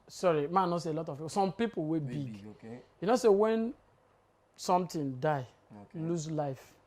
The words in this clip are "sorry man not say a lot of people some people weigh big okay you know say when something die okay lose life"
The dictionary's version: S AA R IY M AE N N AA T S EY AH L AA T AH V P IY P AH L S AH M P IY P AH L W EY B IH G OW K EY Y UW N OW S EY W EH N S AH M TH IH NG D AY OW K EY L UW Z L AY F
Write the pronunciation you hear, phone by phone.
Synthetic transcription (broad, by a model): S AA R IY M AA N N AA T S EY AH L AA T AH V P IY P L S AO M P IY P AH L W EY B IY G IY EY N OW S EY W EH N S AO M T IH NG D AY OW L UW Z L AY F